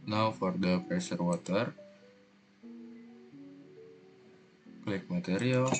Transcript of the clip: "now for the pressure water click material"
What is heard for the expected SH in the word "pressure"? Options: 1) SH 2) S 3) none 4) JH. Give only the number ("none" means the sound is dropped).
2